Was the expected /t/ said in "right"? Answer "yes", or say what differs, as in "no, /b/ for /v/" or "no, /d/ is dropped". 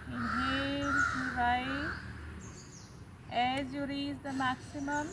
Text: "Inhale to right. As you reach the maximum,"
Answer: no, /t/ is dropped